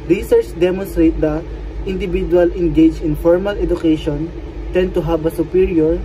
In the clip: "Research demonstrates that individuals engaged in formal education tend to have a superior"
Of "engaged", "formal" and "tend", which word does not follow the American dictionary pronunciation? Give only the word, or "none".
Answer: engaged